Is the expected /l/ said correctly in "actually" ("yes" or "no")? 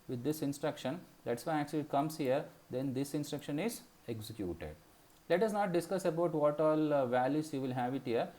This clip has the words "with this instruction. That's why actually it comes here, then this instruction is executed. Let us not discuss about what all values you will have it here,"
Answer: yes